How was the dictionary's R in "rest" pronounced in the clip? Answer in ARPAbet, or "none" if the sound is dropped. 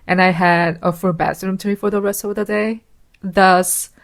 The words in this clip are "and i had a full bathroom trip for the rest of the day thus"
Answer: R